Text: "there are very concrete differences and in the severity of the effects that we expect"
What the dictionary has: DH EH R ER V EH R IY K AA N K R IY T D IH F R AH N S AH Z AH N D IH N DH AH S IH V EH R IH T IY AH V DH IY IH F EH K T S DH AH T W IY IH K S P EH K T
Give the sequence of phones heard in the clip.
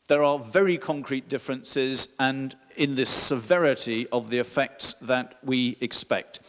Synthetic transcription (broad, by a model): DH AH R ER V EH R IY K AA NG K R IY T D IH F R AH N S AH Z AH N IH N DH AH S IH V EH R IH T IY AH V DH IY IH F EH K T S DH AH T W IY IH K S P EH K T